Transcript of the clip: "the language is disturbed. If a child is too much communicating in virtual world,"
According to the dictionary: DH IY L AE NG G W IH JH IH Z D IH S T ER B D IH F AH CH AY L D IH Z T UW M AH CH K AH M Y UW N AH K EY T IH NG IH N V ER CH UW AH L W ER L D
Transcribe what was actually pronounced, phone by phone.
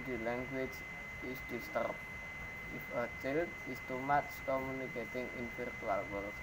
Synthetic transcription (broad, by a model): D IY L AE NG G W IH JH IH S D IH S T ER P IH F AH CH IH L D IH S T UW M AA S K AH M Y UW N AH K EY T IH NG IH N F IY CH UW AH L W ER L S